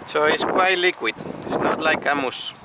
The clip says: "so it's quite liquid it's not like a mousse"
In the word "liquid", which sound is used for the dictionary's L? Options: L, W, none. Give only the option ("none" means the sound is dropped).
L